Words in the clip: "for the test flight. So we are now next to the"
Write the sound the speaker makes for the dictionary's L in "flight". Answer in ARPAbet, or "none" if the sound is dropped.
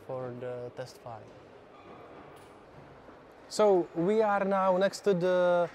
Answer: none